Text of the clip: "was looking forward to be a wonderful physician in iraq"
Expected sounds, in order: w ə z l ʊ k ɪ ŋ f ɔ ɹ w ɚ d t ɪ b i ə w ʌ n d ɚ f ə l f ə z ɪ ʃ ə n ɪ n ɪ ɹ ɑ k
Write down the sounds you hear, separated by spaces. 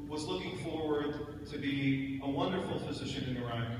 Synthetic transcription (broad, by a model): w ə z l ʊ k ɪ ŋ f ɔ ɹ w ɚ d t ɪ b i ə w ʌ n d ɚ f l f ə z ɪ ʃ ə n ɪ n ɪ ɹ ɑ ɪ